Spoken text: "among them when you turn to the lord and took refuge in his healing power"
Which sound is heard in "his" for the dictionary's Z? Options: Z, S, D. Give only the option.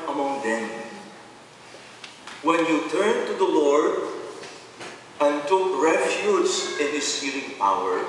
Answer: S